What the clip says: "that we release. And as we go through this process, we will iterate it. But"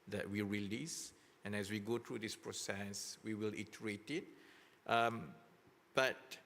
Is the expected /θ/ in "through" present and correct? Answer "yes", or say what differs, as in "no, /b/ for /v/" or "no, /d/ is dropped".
no, /t/ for /θ/